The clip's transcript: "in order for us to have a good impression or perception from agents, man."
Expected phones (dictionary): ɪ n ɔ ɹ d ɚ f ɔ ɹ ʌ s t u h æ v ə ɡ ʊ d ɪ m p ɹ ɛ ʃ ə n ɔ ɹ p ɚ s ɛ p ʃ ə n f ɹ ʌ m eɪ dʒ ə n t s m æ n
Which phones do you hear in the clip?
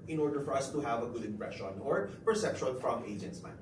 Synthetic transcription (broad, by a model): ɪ n ɔ ɹ d ɚ f ɔ ɹ ʌ s t u h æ v ə ɡ ʊ d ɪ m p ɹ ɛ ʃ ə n ɔ ɹ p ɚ s ɛ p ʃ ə l f ɹ ʌ m eɪ dʒ ə n t s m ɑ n